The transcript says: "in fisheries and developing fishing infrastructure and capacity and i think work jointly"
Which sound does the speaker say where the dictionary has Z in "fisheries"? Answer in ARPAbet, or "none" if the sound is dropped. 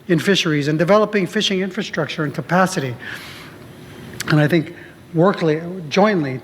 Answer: Z